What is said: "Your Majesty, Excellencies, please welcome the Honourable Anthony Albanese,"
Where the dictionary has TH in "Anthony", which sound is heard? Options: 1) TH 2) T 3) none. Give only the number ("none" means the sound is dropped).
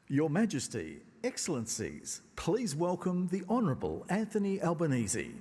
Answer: 1